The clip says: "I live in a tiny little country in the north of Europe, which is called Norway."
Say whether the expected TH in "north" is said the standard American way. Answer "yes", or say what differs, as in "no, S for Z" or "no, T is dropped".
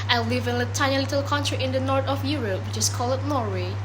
no, T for TH